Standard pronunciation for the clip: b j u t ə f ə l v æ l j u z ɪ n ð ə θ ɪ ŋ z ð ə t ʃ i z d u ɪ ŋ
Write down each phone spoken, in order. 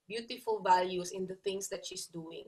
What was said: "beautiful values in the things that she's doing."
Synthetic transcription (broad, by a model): b j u t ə f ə l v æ l j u s ɪ n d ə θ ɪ ŋ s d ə t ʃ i s d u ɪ ŋ